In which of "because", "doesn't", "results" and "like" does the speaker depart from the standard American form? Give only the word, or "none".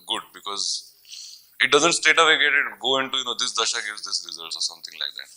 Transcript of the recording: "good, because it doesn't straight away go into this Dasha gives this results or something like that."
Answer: none